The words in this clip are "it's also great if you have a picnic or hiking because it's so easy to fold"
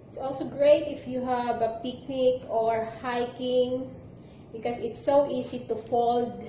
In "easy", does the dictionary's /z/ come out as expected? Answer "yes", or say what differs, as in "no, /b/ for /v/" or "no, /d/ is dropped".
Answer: no, /s/ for /z/